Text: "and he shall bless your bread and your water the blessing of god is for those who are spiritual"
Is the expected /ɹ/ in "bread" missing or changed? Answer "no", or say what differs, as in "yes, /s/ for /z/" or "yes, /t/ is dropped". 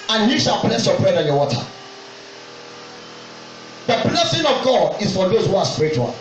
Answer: no